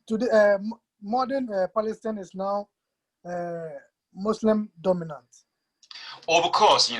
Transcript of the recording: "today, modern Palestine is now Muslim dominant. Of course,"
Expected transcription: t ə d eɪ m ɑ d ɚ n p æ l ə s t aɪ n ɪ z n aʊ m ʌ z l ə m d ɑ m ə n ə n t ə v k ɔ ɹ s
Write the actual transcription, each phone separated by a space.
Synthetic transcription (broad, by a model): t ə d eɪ m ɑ d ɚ n p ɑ l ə s t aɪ n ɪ s n aʊ m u s l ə m d ɑ m ə n ə n t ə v k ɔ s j